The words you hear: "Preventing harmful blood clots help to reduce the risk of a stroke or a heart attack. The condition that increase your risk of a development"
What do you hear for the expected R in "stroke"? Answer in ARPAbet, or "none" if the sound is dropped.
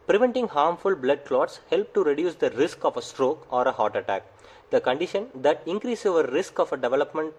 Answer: R